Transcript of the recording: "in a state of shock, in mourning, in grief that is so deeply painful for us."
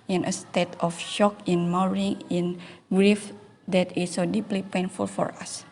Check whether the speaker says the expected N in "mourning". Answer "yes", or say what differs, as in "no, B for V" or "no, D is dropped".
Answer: no, N is dropped